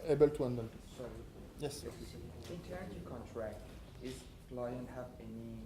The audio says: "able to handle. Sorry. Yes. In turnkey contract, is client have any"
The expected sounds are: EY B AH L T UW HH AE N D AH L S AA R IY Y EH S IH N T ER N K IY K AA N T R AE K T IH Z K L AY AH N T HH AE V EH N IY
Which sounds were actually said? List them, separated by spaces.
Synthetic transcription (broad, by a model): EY B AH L T UW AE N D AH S S AA R IY Y EH S IH N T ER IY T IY K AA N T R AE K T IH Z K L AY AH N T HH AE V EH N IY